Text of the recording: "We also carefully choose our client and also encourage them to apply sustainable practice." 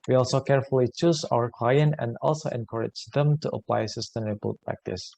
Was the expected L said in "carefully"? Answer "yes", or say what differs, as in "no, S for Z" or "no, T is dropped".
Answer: yes